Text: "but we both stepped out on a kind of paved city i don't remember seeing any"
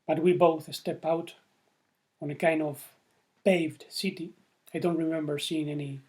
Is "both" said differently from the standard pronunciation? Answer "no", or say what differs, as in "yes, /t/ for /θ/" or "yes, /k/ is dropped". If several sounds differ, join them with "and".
no